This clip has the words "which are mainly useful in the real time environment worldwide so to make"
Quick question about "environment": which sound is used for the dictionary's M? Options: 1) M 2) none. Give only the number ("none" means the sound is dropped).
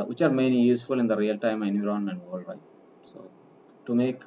2